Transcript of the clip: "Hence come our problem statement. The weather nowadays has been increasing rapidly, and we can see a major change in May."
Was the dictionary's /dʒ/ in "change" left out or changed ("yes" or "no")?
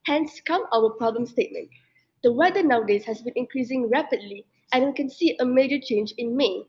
no